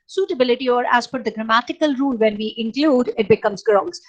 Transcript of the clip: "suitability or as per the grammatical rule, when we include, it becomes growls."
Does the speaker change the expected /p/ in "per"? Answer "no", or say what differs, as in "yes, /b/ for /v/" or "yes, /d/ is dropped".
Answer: yes, /f/ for /p/